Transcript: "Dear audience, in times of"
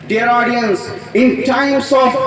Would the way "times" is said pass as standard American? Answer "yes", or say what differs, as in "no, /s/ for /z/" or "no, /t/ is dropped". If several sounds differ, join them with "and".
no, /s/ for /z/